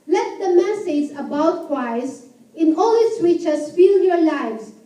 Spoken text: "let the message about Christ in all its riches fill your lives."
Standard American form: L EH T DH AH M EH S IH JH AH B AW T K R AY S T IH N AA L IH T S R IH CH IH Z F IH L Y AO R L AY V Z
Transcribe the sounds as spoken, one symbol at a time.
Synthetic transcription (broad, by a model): L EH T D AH M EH S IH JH AH B AW T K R AY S IH N AA L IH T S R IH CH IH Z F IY L Y AO R L AY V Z